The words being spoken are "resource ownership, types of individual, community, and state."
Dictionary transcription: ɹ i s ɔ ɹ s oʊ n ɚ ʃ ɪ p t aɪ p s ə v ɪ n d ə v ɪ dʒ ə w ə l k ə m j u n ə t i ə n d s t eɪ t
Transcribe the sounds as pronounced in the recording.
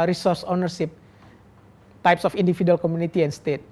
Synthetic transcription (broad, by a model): ɹ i s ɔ ɹ s oʊ n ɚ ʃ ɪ p t aɪ p s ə f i n d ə f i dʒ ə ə l k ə m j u n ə t i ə n s t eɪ t